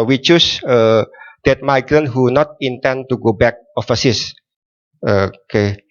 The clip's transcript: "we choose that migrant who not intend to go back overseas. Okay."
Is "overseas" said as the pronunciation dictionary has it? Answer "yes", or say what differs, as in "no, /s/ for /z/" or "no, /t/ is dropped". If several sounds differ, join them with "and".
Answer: no, /f/ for /v/ and /s/ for /z/